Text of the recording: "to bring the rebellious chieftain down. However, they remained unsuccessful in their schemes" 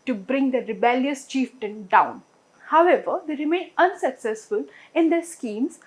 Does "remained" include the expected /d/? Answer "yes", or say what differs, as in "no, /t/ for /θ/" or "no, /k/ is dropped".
no, /d/ is dropped